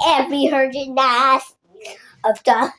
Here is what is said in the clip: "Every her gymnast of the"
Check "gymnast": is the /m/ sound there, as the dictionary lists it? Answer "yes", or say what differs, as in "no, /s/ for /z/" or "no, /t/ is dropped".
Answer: no, /m/ is dropped